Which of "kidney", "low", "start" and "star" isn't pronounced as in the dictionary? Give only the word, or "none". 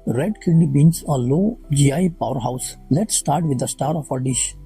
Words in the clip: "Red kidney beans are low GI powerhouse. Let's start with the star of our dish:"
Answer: kidney